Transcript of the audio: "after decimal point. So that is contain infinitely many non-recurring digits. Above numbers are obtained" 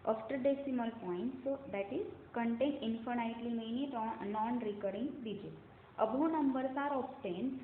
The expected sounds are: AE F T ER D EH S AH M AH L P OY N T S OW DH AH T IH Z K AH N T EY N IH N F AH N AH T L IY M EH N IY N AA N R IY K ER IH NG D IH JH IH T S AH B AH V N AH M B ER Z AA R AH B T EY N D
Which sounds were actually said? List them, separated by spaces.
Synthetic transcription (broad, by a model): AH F T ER D EH S AH M AH L P OY N T S OW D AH T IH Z K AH N T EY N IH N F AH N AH T L IY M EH N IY N AA N R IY K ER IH NG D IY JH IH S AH B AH N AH M B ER S AA R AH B T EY N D